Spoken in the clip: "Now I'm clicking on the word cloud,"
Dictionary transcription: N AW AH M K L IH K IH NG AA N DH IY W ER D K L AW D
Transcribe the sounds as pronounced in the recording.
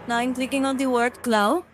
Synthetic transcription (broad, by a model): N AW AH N K L IH K IH NG AA N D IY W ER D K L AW